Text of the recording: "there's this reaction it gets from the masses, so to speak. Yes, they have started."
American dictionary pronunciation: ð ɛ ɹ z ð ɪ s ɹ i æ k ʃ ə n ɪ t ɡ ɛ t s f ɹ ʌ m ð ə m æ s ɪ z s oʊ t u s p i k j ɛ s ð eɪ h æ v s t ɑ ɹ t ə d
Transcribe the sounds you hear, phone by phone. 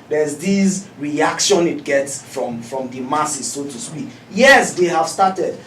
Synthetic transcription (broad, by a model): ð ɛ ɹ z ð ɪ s ɹ i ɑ k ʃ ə n ɪ t ɡ ɛ t s f ɹ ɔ m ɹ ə m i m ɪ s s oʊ t u s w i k j ɛ s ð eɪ h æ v s t ɑ t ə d